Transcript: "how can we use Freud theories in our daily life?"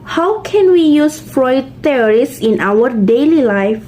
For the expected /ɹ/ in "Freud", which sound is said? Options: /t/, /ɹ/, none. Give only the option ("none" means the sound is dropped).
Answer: /ɹ/